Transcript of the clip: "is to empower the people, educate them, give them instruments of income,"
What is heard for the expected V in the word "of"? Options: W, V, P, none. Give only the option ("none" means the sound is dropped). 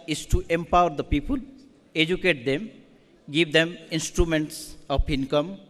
P